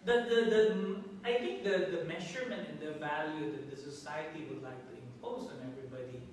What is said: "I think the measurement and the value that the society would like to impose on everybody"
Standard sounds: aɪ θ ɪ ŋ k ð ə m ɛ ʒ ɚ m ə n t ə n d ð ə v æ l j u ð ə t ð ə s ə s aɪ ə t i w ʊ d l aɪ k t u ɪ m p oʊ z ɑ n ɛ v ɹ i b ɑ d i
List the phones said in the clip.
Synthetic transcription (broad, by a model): aɪ t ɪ ŋ k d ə m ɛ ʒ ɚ m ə n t ə n d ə v æ l j u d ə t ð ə s ə s aɪ ə t i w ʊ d l aɪ k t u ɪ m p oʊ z ɑ n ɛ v ɹ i b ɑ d i